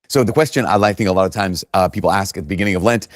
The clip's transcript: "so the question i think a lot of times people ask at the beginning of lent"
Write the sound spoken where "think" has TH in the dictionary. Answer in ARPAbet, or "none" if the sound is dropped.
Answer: TH